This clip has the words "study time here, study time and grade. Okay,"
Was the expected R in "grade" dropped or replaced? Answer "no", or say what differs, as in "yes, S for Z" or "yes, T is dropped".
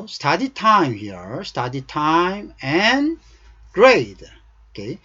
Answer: no